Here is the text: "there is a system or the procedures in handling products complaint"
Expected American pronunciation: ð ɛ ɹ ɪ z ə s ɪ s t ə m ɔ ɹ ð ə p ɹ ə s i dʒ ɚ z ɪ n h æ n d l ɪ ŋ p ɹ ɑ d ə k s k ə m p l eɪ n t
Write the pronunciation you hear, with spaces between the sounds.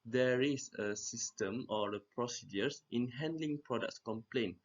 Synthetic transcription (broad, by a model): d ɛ ɹ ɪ s ə s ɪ s t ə m ɔ ɹ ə p ɹ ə s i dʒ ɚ s ɪ n h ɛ n d l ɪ ŋ p ɹ ɑ d ə k s k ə m p l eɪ n